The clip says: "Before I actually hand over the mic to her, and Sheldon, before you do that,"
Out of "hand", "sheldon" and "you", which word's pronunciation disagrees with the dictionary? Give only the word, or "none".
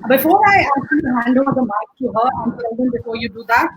sheldon